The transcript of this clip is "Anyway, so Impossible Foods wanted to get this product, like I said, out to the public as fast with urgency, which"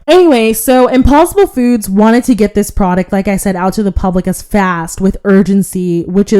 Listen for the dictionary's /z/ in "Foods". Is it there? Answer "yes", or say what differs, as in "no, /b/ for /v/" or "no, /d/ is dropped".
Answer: yes